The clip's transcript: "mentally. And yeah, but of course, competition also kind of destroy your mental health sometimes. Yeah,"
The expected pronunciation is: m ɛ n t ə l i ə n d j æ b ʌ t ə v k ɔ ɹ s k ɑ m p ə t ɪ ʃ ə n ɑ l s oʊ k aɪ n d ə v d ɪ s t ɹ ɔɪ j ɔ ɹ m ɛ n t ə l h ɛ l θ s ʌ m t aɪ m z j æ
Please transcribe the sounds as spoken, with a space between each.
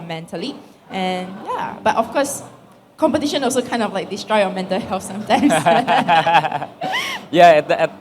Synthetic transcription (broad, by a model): m ɛ n t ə l i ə n j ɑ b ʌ t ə f k ɔ s k ɑ m p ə t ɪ ʃ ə n ɑ l s oʊ k aɪ n d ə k d ɪ s t ɹ ɔɪ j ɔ m ɛ n t ə l h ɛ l f s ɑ m t aɪ m s j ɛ